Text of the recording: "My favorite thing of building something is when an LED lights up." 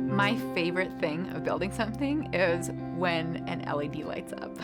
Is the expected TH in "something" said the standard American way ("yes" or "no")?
yes